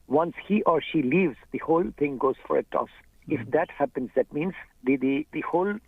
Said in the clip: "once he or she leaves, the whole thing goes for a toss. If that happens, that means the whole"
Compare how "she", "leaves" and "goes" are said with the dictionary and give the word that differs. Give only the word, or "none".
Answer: none